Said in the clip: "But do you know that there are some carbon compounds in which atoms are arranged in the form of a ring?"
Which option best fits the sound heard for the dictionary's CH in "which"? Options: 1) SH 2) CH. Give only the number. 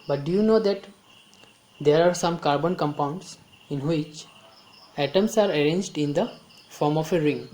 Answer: 2